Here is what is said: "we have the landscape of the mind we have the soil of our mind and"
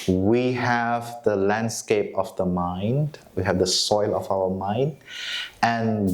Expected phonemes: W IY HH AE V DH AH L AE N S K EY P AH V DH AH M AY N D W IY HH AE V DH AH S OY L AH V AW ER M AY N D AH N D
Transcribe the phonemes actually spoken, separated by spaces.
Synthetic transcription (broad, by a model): W IY HH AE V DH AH L AE N S K EY P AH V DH AH M AY N D W IY HH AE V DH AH S OY L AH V AW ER M AY N D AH N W